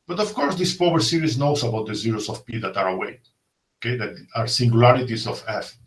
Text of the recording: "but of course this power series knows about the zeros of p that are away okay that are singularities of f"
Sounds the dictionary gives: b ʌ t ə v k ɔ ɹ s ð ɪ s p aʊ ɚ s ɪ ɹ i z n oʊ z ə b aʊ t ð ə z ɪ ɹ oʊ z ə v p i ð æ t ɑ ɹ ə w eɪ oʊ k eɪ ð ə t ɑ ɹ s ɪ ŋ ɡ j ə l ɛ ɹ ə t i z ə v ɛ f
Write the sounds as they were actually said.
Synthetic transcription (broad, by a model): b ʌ t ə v k ɔ ɹ s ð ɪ s p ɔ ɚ s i ɹ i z n oʊ s ə b aʊ t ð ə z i ɹ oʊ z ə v p i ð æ t ɑ ɹ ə w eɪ oʊ k eɪ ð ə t ɑ ɹ s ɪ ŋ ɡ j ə l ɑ ɹ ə t i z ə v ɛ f